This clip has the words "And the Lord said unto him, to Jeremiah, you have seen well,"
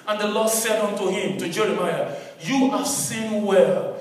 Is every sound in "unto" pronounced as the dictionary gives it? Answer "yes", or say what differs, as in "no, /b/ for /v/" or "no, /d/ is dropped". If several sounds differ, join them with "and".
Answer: yes